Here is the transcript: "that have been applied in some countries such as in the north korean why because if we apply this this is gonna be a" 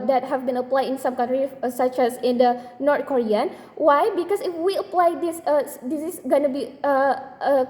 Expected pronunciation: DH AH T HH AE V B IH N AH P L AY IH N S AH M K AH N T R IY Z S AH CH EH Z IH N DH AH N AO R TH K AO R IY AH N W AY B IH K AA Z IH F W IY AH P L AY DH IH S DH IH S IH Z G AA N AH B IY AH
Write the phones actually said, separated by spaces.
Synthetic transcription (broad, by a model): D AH T HH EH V B IH N AH P L AY IH N S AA M K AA N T R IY S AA CH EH S IH N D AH N AO R T K AO R IY AH N W AY B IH K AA S IH F W IY AH P L AY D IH S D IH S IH S G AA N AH B IY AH